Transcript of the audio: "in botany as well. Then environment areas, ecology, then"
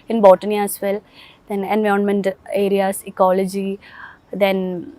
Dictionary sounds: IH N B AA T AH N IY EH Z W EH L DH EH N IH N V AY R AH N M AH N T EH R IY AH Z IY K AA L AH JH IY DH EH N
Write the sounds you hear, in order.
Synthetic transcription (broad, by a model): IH N B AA T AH N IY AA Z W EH L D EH N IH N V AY AH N M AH N T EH R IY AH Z IY K AA L AH JH IY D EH N